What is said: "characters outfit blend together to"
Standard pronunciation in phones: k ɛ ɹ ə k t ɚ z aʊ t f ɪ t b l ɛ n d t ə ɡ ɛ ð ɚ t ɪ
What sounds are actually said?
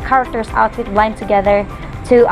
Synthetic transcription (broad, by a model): k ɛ ɹ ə k t ɚ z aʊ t ɪ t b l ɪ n t ə ɡ ɛ ð ɚ t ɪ